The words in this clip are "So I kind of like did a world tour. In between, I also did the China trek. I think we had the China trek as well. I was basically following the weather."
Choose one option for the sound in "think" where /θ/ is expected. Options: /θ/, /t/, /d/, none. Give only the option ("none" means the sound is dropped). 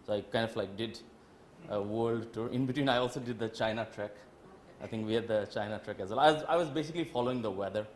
/t/